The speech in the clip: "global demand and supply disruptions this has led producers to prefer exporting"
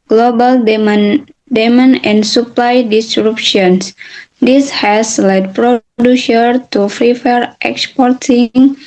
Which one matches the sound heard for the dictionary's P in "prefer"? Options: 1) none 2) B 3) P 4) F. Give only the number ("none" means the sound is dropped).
4